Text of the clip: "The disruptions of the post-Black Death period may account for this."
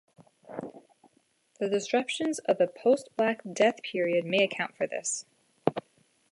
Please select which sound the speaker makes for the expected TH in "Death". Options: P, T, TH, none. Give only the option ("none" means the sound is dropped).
TH